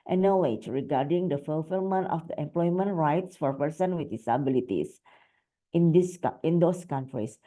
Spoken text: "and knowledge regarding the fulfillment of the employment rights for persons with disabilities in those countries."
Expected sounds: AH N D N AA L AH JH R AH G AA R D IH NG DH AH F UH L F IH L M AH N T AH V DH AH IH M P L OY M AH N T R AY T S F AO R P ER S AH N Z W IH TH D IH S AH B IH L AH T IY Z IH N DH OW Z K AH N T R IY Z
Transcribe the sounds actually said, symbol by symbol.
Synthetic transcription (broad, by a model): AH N N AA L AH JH R AH G AA R D IH NG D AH F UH L F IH L M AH N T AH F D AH IH M P L OY M AH N T R AY T S F AO R P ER S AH N W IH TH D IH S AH B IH L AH T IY S IH N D OW S K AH N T R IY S